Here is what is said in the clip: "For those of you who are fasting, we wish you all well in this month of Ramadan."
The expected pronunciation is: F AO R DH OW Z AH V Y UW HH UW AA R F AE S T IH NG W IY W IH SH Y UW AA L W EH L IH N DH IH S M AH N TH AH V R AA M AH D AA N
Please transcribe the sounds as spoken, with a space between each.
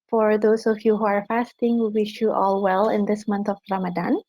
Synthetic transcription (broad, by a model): F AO R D OW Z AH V Y UW HH UW AA R F AE S T IH NG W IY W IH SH Y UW AA L W EH L IH N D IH S M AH N T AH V R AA M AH D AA N